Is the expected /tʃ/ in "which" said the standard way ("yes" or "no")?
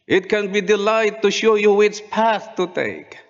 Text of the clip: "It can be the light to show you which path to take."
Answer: no